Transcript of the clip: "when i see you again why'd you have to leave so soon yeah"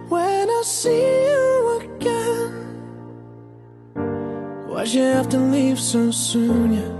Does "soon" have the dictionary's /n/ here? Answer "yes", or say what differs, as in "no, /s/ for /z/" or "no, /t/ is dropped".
yes